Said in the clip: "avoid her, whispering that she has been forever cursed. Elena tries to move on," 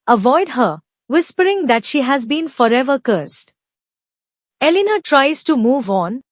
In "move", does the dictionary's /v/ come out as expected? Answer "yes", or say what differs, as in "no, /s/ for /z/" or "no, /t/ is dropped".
yes